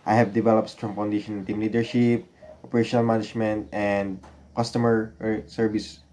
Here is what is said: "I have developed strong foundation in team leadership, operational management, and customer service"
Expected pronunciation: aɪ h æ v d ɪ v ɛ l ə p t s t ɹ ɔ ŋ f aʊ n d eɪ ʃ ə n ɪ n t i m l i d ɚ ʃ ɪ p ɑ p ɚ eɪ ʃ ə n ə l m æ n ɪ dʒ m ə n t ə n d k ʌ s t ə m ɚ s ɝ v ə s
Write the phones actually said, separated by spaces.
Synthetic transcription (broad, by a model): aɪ h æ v d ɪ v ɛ l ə p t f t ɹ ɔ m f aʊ n d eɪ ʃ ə n ɪ n t i m l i d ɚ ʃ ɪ p ɑ p ɚ eɪ ʃ ə n ə l m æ n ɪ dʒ m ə n t ə n d k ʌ s t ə m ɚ s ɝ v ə s